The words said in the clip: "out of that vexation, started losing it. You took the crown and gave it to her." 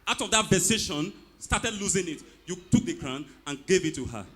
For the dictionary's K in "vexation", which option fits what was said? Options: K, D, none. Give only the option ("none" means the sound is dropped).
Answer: none